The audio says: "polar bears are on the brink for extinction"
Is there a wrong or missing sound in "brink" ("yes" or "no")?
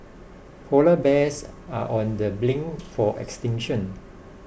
yes